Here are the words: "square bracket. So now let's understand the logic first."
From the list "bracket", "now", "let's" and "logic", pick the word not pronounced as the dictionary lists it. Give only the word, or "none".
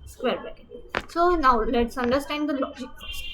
bracket